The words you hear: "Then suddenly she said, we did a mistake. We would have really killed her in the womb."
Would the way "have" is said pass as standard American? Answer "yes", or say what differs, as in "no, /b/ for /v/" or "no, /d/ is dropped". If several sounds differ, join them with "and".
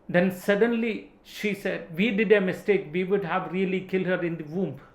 yes